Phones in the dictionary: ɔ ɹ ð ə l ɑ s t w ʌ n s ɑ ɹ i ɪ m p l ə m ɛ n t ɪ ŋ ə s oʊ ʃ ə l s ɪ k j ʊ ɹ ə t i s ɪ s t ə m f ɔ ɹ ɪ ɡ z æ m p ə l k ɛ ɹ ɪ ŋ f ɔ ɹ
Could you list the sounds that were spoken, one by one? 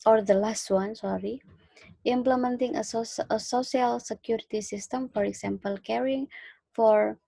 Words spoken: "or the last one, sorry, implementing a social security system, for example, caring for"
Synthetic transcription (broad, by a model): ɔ ɹ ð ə l ɑ s t w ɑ n s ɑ ɹ i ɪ m p l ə m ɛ n t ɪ ŋ ə s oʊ s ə l s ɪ k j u ɹ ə t i s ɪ s t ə m f ɔ ɹ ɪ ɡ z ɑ m p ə l k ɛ ɹ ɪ ŋ f ɔ ɹ